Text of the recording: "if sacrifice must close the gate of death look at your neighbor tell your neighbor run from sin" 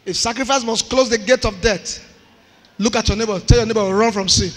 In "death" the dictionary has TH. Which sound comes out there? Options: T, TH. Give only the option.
T